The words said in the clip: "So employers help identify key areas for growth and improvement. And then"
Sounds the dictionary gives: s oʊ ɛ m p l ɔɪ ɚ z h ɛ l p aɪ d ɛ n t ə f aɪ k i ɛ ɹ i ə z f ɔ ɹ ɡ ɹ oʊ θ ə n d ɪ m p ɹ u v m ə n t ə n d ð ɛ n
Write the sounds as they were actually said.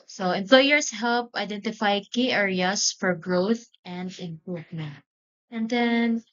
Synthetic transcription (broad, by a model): s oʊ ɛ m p l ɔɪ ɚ s h ɛ l p aɪ d ɛ n t ə f aɪ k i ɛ ɹ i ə s f ɔ ɹ ɡ ɹ oʊ θ ə n d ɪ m p ɹ u v m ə n t ə n d ɛ n